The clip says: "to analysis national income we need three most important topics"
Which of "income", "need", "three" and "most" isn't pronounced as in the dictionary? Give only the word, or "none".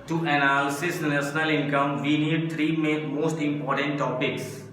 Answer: three